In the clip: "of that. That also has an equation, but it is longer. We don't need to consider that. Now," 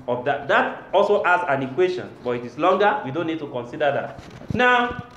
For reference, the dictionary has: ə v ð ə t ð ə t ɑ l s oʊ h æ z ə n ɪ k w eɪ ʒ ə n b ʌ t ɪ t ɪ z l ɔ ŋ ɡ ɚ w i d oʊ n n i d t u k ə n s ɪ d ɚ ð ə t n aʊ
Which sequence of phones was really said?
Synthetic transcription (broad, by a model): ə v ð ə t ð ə t ɑ l s oʊ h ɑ s ə n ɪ k w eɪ ʃ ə n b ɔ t ɪ t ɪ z l ɔ ŋ ɡ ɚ w i d oʊ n n i d t u k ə n s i d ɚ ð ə t n aʊ